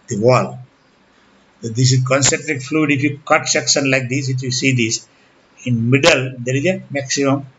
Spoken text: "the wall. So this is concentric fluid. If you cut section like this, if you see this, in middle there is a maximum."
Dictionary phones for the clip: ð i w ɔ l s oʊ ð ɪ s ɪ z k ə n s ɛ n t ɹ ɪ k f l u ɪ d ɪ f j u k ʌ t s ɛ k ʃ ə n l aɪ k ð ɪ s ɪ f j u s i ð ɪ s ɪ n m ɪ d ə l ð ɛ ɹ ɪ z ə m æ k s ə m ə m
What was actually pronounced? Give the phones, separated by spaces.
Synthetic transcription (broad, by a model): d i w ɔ l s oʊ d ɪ s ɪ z k ə n s ɛ n t ɹ ɪ k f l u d ɪ f j u k ʌ t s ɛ k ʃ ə n l aɪ k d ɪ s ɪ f j u s i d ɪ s ɪ n m ɪ d ə l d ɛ ɹ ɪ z ə m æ k s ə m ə m